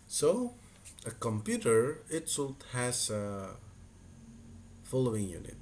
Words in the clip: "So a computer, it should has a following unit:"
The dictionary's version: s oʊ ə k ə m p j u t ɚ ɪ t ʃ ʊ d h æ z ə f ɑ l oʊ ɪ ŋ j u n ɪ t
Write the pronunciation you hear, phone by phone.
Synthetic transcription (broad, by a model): s oʊ ə k ə m p j u t ɚ ɪ t s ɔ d h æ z ə f ɑ l oʊ ɪ ŋ j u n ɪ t